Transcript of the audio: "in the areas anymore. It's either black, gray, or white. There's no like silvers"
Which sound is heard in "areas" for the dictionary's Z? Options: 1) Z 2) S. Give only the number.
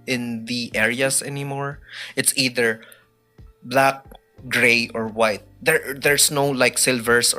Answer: 2